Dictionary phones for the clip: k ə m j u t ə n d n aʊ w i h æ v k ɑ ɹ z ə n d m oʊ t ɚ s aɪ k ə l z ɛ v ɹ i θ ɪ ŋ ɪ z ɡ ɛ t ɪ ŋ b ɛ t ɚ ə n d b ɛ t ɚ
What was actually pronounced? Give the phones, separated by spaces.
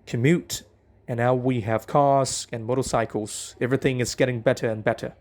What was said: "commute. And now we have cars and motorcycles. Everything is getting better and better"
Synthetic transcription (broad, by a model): k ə m j u t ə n n aʊ w i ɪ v k ɑ ɹ z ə n m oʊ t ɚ s aɪ k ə l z ɛ v ɹ i θ ɪ ŋ ɪ z ɡ ɛ t ɪ ŋ b ɛ t ɚ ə n b ɛ t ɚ